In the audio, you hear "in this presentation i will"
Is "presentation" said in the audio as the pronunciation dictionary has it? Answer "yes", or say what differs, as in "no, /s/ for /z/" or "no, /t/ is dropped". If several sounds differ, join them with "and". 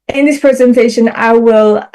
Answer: yes